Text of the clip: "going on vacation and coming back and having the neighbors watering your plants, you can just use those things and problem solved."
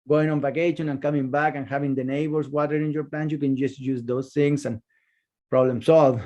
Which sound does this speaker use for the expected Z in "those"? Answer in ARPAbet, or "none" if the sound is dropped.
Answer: S